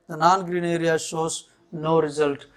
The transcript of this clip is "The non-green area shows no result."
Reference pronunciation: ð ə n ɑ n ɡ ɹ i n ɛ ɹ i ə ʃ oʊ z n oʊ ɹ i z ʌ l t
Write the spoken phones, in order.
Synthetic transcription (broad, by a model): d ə n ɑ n ɡ ɹ i n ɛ ɹ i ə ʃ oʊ s n oʊ ɹ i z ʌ l t